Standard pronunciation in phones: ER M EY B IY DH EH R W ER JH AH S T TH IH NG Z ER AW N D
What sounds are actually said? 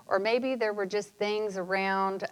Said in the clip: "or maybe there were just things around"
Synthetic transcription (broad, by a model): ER M EY B IY DH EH R W ER JH AH S T TH IH NG Z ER AW N D